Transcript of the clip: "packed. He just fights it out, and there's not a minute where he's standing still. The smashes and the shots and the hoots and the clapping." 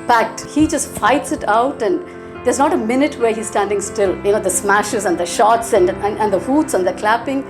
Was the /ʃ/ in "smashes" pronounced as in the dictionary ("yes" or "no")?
yes